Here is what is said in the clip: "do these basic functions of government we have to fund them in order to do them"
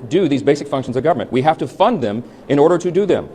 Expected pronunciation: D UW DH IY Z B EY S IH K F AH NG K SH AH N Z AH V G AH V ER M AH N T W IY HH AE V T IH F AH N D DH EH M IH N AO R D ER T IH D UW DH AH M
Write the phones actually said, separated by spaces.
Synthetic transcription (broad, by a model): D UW DH IY Z B EY S IH K F AH NG K SH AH N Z AH V G AH V ER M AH N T W IY HH AE F T IH F AH N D DH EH M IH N AO R D ER T IH D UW DH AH M